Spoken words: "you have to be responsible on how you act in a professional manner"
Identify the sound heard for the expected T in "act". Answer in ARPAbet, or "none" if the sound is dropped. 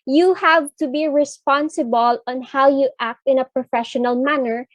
T